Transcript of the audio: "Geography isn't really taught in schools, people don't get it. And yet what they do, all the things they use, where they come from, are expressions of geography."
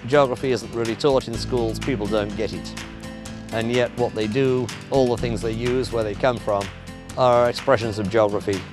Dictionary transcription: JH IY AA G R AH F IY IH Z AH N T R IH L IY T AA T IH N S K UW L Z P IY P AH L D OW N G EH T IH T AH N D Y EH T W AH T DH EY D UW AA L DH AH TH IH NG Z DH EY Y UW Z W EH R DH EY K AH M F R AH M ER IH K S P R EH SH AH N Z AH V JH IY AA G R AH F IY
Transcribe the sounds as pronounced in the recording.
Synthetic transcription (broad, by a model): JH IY AA G R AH F IY IH Z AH N T R IH L IY T AA T IH N S K UW L Z P IY P L D OW N G EH T IH T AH N Y EH T W AH T DH EY D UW AA L DH AH TH IH NG Z DH EY Y UW Z W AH R DH EY K AH M F R AH M ER IH K S P R EH SH AH N Z AH V JH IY AA G R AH F IY